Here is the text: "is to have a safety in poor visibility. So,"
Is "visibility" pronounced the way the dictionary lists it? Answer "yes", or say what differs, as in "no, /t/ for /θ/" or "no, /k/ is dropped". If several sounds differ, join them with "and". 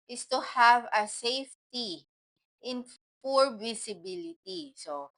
no, /s/ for /z/